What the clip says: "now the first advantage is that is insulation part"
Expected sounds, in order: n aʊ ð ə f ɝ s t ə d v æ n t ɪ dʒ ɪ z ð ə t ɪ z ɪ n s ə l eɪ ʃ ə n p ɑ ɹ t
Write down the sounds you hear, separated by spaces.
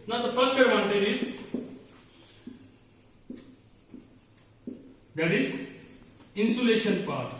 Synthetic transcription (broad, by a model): n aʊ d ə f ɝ s t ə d ɑ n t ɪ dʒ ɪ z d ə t ɪ z ɪ n s ə l eɪ ʃ ə n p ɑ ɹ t